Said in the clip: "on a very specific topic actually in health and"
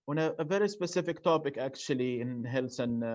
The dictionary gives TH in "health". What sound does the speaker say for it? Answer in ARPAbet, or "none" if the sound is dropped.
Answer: S